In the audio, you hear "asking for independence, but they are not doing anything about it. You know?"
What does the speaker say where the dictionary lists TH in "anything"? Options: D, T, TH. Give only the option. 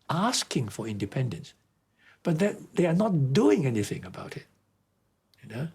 TH